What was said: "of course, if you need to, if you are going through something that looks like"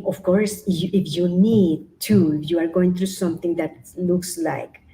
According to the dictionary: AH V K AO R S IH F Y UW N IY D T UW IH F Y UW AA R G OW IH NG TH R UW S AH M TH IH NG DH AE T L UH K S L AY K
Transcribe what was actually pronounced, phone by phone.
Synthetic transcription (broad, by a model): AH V K AO R S IH F Y UW N IY D T UW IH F Y UW AA R G OW IH NG T R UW S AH M T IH NG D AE T L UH K S L AY K